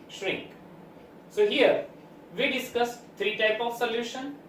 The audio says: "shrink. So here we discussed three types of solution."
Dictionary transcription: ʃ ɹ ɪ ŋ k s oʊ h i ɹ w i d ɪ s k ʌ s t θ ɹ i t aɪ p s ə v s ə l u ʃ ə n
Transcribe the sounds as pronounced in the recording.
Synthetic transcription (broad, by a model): ʃ ɹ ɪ ŋ k s oʊ h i ɹ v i d ɪ s k ʌ s t t ɹ i t aɪ p ə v s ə l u ʃ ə n